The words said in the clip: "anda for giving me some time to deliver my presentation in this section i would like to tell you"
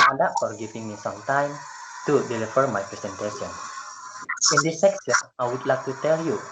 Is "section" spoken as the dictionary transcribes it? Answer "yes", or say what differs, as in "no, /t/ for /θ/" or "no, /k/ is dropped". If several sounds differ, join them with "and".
no, /s/ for /ʃ/